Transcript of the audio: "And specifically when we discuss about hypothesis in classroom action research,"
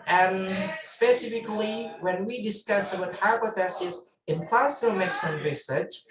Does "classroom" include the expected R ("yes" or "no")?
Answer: no